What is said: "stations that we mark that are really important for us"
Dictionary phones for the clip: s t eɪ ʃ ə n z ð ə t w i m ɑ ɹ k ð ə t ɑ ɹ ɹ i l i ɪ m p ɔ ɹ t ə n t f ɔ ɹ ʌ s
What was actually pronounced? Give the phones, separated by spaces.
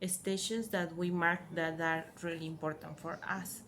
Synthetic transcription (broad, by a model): s t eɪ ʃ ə n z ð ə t w i m ɑ ɹ k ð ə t ɑ ɹ ɹ i l i ɪ m p ɔ ɹ t ə n t f ɔ ɹ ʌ s